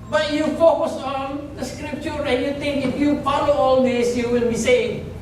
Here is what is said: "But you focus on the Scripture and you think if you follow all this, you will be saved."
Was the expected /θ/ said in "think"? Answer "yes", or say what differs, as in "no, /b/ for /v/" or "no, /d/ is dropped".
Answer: no, /t/ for /θ/